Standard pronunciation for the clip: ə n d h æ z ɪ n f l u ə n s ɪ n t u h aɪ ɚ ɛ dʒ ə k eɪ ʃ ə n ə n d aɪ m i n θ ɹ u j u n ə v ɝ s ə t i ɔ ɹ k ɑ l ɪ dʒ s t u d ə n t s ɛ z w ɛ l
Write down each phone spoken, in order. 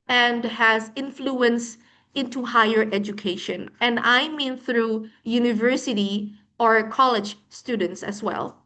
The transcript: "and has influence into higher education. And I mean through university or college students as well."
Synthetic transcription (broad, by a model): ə n d h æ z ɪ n f l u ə n s ɪ n t u h aɪ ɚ ɛ dʒ ə k eɪ ʃ ə n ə n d aɪ m i n θ ɹ u j u n ə v ɝ s ə t i ɔ ɹ k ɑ l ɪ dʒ s t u d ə n t s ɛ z w ɛ l